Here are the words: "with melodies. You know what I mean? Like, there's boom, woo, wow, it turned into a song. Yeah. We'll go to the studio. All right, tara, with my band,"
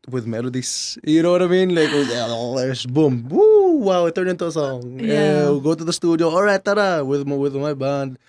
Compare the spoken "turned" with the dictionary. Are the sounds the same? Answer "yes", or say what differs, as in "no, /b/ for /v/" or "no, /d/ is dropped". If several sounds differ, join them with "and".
no, /d/ is dropped